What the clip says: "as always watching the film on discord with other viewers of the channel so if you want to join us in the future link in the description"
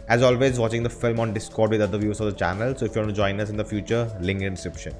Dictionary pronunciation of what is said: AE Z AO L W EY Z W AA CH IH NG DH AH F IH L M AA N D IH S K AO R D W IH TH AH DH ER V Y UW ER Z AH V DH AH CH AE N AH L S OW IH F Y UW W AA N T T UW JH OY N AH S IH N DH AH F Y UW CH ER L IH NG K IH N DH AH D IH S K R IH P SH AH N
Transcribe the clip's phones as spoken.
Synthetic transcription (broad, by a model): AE Z AO L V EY Z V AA CH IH NG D AH F IH L M AA N D IH S K AO R D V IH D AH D ER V Y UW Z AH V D AH CH AE N AH L S OW IH F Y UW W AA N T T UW JH OY N AH S IH N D AH F Y UW CH ER L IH NG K IH N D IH S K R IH P SH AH N